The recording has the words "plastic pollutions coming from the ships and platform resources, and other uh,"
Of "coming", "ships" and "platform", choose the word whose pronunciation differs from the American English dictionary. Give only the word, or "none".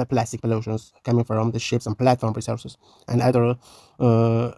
none